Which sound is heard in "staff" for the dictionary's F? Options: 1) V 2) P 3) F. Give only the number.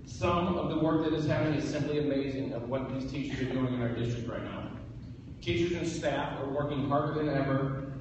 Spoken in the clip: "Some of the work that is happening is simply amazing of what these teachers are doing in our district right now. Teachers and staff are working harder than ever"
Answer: 3